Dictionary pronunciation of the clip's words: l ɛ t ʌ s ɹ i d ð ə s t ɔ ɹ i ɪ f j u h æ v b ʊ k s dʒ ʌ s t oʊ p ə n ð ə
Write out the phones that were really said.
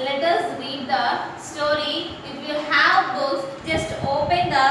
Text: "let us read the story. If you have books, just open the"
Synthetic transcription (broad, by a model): l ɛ t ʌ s ɹ i d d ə s t ɔ ɹ i ɪ f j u h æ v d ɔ s dʒ ʌ s t oʊ p ə n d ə